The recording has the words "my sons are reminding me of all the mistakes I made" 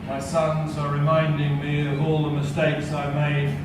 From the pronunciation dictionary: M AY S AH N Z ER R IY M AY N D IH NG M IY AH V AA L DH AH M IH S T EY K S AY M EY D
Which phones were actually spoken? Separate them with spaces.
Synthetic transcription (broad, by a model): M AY S AH N Z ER R IY M AY N D IH NG M IY AH V AA L DH AH M IH S T EY K S AY M EY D